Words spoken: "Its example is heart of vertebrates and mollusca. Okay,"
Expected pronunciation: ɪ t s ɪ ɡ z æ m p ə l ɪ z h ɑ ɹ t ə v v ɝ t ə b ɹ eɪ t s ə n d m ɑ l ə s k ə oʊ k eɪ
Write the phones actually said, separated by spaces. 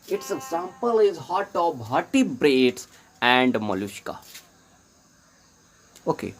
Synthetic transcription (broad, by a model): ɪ t s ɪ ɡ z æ m p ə l ɪ z h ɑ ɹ t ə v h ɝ t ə b ɹ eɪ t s ə n d m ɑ l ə ʃ k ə oʊ k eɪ